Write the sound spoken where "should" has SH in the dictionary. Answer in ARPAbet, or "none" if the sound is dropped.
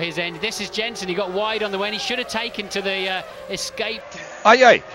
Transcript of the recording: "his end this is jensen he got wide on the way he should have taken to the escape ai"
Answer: SH